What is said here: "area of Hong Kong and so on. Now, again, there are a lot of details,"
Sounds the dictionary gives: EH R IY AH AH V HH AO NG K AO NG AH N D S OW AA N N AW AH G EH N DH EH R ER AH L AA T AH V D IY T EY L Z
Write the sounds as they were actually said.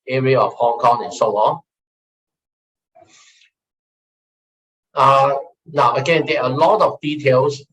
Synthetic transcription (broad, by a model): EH R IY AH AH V HH AO NG K AO NG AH N S OW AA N N AW AH G EH N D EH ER AH L AA T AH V D IY T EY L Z